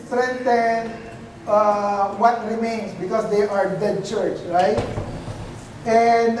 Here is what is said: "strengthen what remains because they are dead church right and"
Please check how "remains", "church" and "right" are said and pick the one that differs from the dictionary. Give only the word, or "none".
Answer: remains